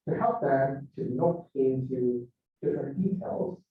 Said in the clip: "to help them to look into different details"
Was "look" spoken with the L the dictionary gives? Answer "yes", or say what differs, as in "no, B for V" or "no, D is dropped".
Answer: no, N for L